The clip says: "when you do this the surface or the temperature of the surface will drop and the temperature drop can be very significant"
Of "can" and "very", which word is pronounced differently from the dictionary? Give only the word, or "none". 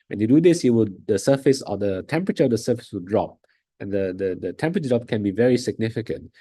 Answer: none